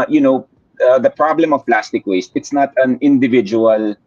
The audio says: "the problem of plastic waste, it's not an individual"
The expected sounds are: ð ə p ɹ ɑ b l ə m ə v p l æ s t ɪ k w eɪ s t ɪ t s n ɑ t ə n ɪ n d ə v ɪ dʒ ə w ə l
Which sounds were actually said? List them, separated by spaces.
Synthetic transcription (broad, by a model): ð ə p ɹ ɑ b l ə m ə v p l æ s t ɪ k w eɪ s t ɪ t s n ɑ t ə n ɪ n d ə v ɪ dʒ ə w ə l